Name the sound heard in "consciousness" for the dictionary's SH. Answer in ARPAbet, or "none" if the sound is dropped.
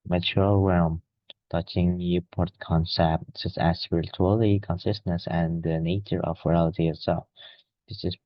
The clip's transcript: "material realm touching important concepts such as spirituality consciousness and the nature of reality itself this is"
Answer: S